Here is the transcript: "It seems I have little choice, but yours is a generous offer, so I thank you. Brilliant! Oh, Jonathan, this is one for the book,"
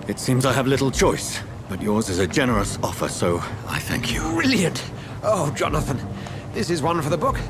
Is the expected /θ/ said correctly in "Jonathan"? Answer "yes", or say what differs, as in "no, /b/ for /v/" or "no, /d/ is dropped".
yes